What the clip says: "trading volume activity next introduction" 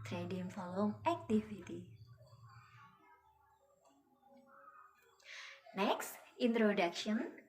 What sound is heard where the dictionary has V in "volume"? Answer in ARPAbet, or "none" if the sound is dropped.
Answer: F